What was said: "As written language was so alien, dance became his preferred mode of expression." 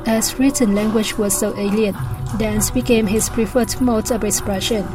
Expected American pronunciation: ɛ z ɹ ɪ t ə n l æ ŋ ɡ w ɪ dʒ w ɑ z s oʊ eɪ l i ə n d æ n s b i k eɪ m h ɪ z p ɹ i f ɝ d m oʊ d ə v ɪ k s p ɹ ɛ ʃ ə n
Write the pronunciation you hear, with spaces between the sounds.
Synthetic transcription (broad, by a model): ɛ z ɹ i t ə n l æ ŋ ɡ w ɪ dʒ w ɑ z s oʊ eɪ l i ə n d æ n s b i k eɪ m h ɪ s p ɹ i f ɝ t m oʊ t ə b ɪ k s p ɹ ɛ ʃ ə n